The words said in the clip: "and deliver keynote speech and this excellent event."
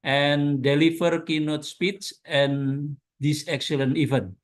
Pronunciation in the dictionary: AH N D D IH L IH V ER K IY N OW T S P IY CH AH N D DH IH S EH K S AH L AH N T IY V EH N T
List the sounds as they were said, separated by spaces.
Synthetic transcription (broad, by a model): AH N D D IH L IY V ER K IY N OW T S P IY S AH N D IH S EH K S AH L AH N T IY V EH N